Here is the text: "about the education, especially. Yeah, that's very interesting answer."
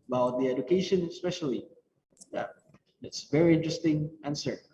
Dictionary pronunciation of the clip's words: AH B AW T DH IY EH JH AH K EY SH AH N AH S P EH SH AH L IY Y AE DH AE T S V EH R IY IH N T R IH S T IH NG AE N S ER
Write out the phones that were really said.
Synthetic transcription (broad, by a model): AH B AW T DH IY EH JH AH K EY SH AH N AH S P EH SH AH L IY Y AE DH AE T S V EH R IY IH N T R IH S T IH NG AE N S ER